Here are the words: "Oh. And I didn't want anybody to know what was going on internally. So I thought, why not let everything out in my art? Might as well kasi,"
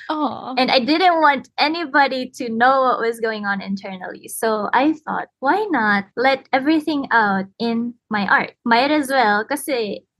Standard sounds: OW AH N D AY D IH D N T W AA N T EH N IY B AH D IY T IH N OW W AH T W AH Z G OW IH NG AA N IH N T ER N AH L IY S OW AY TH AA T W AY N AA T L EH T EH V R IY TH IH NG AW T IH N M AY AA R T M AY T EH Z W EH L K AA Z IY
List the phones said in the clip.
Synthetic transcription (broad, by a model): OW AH N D AY D IH D N T W AA N T EH N IY B AH D IY T IH N OW W AH T W AH Z G OW IH NG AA N IH N T ER N AH L IY S OW AY TH AA T W AY N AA T L EH T EH V R IY TH IH NG AW T IH N M AY AA R T M AY T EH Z W EH L K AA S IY